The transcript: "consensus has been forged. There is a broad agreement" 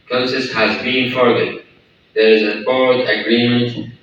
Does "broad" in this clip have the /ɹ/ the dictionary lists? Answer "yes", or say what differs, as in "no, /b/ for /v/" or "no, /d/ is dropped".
no, /ɹ/ is dropped